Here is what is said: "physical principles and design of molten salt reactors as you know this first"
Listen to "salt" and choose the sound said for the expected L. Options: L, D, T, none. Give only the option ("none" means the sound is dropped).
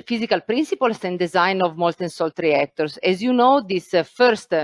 L